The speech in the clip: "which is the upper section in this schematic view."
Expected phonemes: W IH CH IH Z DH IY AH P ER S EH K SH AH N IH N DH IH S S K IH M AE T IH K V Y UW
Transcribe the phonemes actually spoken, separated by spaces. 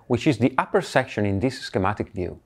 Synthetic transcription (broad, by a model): W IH CH IH Z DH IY AH P ER S EH K SH AH N IH N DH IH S S K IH M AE T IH K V Y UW